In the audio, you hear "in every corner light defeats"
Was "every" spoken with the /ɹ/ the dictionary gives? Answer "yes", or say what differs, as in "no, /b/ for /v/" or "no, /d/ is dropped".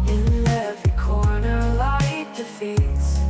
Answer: no, /ɹ/ is dropped